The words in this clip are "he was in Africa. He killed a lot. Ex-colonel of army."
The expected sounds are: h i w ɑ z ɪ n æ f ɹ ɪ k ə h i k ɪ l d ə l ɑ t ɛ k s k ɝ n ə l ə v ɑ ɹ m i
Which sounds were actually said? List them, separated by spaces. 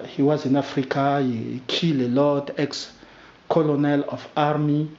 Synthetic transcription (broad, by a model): h i w ɑ z ɪ n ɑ f ɹ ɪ k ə h i k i l ə l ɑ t ɛ k s k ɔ n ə l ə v ɑ ɹ m i